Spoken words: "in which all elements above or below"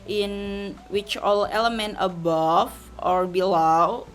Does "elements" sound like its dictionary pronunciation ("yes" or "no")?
no